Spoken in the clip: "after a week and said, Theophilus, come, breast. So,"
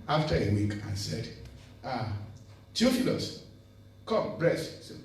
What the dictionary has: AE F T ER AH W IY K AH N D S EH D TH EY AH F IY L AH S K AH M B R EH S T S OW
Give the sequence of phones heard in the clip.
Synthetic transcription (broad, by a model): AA F T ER AH W IY K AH N S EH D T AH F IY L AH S K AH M B R EH S T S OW